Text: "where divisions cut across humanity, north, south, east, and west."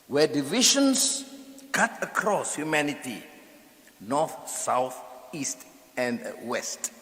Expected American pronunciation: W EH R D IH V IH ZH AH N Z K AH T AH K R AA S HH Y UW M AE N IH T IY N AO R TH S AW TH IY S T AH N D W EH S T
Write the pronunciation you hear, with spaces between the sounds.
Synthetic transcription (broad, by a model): W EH D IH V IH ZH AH N S K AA T AH K R AA S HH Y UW M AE N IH T IY N AO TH S AW TH IY S T AH N D W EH S T